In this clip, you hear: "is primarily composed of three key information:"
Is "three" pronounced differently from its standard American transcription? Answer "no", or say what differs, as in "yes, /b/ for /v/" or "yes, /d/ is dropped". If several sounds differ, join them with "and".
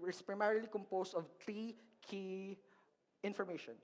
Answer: yes, /t/ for /θ/